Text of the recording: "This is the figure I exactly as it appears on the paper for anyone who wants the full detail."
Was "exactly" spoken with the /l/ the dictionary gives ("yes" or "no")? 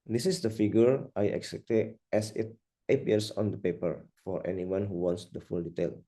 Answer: no